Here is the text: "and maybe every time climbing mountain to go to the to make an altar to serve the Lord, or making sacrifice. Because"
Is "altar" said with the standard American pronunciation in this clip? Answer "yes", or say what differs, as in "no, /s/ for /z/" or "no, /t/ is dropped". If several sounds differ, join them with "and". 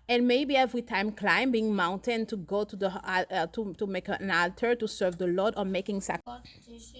yes